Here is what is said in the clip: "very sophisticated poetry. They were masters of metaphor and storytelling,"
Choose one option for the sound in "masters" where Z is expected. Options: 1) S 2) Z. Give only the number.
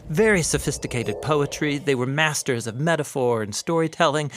2